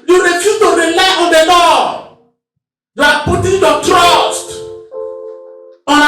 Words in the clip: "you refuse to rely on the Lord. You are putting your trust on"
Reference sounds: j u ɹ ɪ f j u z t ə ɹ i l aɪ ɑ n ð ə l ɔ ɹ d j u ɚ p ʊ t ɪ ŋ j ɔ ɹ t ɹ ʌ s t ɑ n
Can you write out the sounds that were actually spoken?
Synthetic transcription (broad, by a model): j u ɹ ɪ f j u t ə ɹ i l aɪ ɑ n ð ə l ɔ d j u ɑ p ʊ t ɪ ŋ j ɔ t ɹ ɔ s t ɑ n